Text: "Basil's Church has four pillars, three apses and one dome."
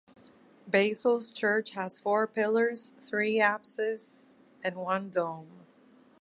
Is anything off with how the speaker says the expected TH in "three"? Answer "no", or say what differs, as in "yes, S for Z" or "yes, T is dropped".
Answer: no